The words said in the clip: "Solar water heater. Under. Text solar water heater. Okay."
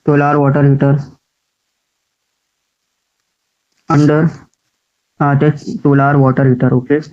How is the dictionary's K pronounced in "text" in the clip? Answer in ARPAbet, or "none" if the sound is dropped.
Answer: none